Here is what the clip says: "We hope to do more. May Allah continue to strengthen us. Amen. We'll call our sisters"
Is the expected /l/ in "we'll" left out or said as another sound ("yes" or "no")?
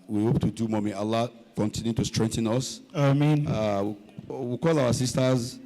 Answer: yes